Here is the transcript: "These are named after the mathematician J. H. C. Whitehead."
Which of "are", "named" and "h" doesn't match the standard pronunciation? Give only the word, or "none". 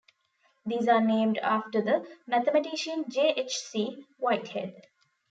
none